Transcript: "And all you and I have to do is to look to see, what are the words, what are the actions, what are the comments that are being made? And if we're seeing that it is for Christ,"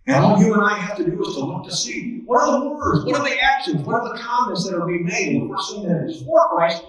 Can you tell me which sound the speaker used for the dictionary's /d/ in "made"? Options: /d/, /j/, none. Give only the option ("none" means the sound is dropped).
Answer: none